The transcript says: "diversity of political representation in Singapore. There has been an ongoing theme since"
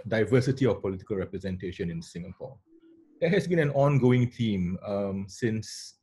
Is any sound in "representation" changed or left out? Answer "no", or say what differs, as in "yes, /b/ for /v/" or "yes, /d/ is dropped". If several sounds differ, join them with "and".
no